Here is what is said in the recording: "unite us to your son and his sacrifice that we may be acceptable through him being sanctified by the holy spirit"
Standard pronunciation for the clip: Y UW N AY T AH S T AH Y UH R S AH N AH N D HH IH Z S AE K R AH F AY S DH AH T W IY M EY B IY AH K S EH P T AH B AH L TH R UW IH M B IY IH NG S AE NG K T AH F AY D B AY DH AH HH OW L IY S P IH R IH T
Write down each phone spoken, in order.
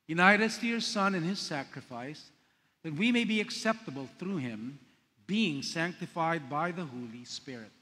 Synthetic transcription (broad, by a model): Y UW N AY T AH S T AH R S AH N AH N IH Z S AE K R AH F AY S DH AH T W IY M EY B IY AH K S EH P T AH B AH L TH R UW IH M B IY IH NG S AE NG K T AH F AY D B AY DH AH HH OW L IY S P IH R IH T